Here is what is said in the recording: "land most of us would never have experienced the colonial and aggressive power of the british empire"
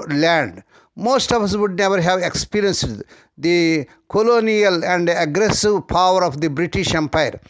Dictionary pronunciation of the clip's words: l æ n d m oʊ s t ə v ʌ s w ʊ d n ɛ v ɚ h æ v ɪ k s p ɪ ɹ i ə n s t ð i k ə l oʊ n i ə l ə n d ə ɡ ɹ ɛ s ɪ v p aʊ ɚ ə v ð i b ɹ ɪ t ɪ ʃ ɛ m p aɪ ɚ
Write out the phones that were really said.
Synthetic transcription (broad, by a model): l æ n d m oʊ s t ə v ʌ s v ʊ d n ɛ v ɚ h æ v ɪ k s p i ɹ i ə n s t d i k ə l oʊ n i ə l ə n d ə ɡ ɹ ɛ s ɪ v p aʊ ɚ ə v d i b ɹ ɪ t ɪ ʃ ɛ m p aɪ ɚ